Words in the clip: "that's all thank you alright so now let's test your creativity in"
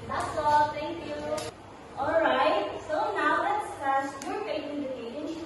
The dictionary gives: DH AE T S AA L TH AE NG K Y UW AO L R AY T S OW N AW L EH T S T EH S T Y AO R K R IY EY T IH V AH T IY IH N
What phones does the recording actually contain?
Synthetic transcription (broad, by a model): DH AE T S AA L T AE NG K Y UW AO L R AY T S OW N AW L EH T S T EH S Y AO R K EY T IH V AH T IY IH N